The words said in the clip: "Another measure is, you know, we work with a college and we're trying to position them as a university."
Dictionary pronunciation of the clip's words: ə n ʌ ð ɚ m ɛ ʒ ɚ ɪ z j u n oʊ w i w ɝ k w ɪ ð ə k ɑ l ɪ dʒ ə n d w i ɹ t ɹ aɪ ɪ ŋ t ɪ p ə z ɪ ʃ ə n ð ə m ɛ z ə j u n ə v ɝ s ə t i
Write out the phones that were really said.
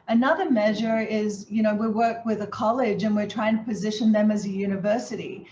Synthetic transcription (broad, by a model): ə n ʌ ð ɚ m ɛ ʒ ɚ ɪ z j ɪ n oʊ w i w ɝ k w ɪ ð ə k ɑ l ɪ dʒ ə n w i ɹ t ɹ aɪ ɪ ŋ t ɪ p ə z ɪ ʃ ə n ð ə m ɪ z ə j u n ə v ɝ s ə t i